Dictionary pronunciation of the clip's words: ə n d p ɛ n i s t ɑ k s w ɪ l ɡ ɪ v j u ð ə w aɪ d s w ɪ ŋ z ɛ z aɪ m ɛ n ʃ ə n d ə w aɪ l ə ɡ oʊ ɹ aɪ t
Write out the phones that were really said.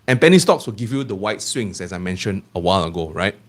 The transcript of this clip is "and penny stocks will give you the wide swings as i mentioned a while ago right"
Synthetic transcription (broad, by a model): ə n p ɛ n i s t ɑ k s w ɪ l ɡ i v j u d ə w aɪ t s w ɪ ŋ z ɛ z aɪ m ɛ n ʃ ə n ə w aɪ l ə ɡ oʊ ɹ aɪ t